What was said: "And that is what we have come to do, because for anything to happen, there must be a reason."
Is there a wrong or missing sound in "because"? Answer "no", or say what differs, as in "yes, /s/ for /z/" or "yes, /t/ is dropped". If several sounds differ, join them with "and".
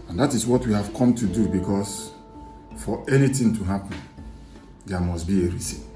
yes, /s/ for /z/